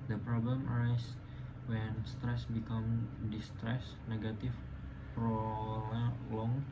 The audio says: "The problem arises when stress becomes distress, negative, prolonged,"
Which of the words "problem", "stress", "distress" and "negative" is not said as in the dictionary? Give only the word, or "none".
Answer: negative